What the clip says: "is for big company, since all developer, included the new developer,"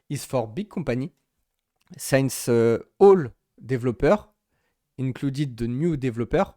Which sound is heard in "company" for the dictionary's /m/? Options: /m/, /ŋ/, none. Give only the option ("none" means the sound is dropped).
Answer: none